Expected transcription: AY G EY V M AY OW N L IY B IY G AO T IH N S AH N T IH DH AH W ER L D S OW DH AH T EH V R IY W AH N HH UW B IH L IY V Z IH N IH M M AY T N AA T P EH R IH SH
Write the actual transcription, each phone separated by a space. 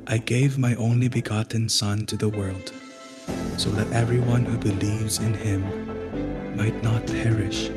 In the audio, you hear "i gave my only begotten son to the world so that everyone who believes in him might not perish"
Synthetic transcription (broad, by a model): AY G EY V M AY OW N L IY B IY G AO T N S AH N T IH DH AH W ER L D S OW DH AH T EH V R IY W AH N HH UW B IH L IY V Z IH N IH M M AY T N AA T P EH R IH SH